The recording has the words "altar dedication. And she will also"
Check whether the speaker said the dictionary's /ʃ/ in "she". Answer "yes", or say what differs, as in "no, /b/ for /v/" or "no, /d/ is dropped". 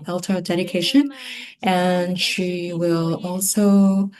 yes